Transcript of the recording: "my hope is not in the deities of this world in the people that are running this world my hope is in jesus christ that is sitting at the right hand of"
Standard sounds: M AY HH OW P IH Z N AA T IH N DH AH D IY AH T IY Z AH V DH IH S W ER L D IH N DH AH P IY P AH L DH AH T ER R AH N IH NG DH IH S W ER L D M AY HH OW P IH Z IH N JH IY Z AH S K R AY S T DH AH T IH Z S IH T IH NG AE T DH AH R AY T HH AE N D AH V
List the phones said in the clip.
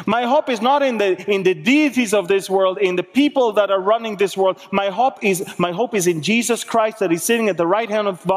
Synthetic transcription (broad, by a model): M AY HH OW P IH Z N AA T IH N DH AH D IY AH T IY Z AH V DH IH S W ER L D IH N DH AH P IY P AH L DH AH T ER R AH N IH NG DH IH S W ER L D M AY HH OW P IH Z IH N JH IY Z AH S K R AY S T DH AH T IH Z S IH T IH NG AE T DH AH R AY T HH AE N D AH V